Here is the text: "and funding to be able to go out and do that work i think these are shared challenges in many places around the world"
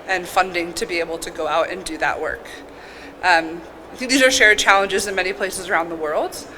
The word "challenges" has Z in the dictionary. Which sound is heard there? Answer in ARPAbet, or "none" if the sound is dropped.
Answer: Z